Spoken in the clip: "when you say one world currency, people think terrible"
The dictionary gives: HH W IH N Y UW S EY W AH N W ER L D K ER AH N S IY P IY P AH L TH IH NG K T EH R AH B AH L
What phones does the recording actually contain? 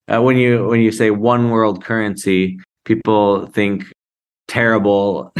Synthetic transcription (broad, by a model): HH W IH N Y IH S EY W AH N W ER L D K ER AH N S IY P IY P L TH IH NG K T EH R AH B L